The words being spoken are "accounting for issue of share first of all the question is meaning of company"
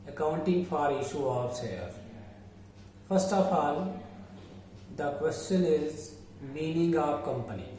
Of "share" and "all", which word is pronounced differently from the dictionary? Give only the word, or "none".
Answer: share